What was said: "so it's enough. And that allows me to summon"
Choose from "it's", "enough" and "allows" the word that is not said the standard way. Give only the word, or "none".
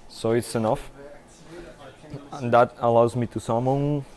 none